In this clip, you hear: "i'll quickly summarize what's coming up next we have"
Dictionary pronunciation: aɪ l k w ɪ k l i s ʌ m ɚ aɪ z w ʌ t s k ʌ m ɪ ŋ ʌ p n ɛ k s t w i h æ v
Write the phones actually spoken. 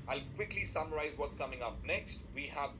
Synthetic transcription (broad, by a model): aɪ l k w ɪ k l i s ʌ m ɚ aɪ z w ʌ t s k ʌ m ɪ ŋ ʌ p n ɛ k s t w i h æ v